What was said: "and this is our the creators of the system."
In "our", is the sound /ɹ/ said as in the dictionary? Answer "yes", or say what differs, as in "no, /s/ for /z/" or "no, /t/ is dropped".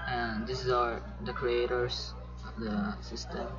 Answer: yes